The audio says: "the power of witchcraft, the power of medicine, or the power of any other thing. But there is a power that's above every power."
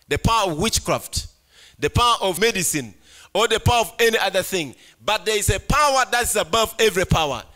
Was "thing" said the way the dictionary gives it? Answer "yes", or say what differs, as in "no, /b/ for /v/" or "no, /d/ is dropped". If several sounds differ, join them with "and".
yes